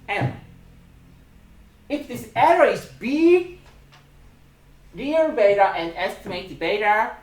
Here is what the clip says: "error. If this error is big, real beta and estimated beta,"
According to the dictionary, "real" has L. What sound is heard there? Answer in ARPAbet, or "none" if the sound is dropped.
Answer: N